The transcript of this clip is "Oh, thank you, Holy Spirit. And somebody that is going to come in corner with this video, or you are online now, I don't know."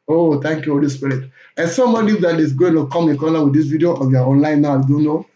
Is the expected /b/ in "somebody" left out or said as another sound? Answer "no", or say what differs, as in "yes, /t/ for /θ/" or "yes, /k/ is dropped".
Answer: yes, /b/ is dropped